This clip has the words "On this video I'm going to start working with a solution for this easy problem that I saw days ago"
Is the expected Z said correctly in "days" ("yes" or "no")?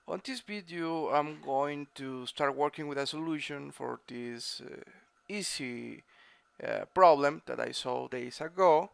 no